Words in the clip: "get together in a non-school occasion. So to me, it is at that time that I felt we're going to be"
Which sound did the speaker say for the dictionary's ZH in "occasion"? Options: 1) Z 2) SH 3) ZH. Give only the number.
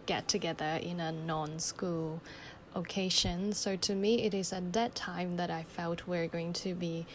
2